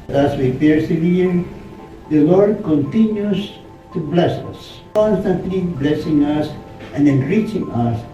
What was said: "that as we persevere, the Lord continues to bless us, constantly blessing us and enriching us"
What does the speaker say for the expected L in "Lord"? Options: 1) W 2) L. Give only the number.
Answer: 2